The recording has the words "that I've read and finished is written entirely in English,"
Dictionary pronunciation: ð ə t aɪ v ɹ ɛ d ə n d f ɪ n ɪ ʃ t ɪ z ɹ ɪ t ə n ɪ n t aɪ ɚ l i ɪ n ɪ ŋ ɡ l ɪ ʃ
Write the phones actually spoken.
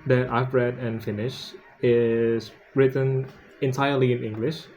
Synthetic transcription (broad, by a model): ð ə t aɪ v ɹ ɛ d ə n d f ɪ n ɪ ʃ ɪ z ɹ ɪ t ə n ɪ n t aɪ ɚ l i ɪ n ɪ ŋ ɡ l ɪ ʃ